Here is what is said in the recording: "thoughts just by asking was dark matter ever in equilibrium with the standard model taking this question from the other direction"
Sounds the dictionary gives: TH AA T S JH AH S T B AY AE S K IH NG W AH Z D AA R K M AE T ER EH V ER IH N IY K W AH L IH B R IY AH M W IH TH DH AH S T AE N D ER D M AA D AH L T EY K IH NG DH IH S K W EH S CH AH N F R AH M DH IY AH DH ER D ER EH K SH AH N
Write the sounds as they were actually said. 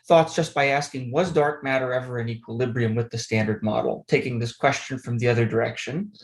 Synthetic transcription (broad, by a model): TH AA T S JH AH S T B AY AE S K IH NG W AH Z D AA R K M AE T ER EH V ER IH N IY K W AH L IH B R IY AH M W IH DH AH S T AE N D ER D M AA D L T EY K IH NG DH IH S K W EH S CH AH N F R AH M DH IY AH DH ER D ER EH K SH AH N